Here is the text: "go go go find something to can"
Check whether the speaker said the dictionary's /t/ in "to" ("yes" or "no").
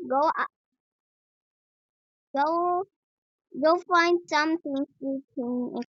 no